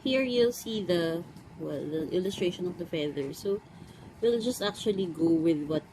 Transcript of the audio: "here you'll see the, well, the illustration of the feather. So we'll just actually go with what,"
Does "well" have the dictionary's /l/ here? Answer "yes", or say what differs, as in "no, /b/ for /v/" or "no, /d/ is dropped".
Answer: yes